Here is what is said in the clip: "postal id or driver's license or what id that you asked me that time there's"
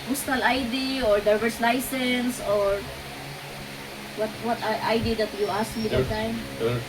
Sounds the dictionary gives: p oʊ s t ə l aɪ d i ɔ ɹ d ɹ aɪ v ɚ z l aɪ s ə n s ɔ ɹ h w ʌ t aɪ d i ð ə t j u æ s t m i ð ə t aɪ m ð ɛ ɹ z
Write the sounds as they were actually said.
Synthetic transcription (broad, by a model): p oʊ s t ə l aɪ d i ɔ ɹ d aɪ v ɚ s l aɪ s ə n s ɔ ɹ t w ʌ t aɪ d i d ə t j u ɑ s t m i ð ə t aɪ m